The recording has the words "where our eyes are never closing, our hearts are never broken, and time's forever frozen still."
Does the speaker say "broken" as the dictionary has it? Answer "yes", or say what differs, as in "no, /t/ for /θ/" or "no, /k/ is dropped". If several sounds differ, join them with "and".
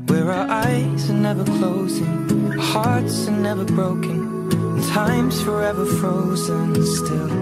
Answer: no, /k/ is dropped